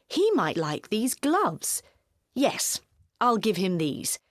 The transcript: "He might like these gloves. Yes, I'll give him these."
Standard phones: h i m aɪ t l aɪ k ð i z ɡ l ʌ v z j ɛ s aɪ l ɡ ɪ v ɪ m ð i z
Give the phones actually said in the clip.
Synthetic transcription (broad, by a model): h i m aɪ t l aɪ k ð i z ɡ l ʌ v z j ɛ s aɪ l ɡ ɪ v ɪ m ð i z